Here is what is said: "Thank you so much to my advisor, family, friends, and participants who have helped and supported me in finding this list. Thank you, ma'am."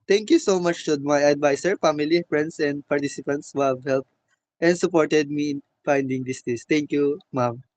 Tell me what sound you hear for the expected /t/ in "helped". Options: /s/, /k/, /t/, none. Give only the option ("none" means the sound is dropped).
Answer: /t/